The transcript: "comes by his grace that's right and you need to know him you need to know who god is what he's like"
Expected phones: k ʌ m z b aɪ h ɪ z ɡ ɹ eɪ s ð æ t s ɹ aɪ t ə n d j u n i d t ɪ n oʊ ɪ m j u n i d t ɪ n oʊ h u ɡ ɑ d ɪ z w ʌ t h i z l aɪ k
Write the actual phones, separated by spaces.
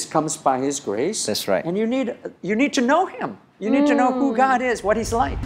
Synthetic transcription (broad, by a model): k ʌ m z b aɪ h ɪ z ɡ ɹ eɪ s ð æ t s ɹ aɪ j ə n d j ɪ n i d t ɪ n oʊ ɪ m j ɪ n i d t ɪ n oʊ h u ɡ ɑ d ɪ z w ʌ t h i z l aɪ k